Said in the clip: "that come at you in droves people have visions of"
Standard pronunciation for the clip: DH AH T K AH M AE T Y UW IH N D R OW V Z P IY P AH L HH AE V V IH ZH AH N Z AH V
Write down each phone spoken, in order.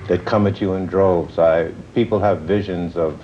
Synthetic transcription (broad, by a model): DH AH T K AH M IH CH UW IH N D R OW V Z P IY P L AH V V IH ZH AH N Z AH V